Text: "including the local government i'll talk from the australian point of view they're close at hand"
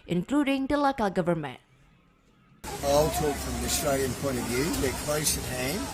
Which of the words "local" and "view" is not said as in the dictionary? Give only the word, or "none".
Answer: none